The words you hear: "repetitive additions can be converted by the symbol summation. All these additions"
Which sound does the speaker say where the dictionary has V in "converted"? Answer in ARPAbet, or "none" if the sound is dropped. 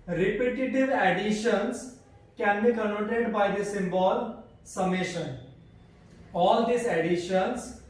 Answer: none